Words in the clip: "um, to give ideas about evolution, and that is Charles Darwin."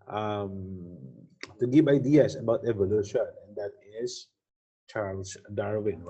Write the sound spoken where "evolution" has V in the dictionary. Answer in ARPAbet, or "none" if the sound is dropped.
V